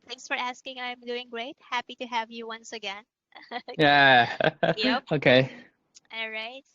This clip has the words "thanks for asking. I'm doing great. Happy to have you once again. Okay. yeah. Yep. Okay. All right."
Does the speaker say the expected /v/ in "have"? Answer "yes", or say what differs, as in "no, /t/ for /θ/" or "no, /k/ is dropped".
yes